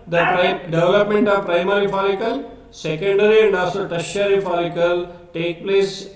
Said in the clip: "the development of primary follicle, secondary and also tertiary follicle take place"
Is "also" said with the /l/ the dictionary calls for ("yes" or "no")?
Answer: no